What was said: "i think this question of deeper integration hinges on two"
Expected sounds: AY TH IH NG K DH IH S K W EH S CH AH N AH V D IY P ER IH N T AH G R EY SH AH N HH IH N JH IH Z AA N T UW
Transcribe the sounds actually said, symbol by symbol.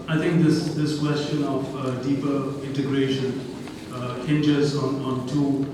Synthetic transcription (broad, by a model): AY T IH NG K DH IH S K W EH S CH AH N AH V D IY P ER IH N T AH G R EY SH AH N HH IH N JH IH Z AA N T UW